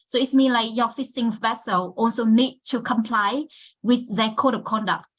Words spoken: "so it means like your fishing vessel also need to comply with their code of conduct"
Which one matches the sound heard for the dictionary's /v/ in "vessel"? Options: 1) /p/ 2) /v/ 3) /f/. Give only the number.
2